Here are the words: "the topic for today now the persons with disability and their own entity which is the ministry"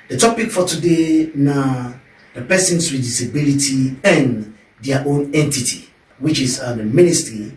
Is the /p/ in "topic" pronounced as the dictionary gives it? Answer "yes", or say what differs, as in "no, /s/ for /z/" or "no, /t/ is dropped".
yes